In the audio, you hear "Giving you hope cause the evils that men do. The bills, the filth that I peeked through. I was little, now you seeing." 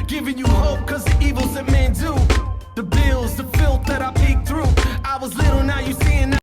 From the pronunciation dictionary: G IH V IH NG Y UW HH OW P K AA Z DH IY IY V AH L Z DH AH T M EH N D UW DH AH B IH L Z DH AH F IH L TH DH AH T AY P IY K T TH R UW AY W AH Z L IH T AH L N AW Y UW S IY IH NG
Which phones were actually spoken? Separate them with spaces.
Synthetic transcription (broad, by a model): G IH V IH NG Y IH HH OW P K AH Z DH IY IY V L Z DH AH T M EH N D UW DH AH B IH L Z DH AH F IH L T DH AH T AY P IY K TH R UW AY W AH Z L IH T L N AW Y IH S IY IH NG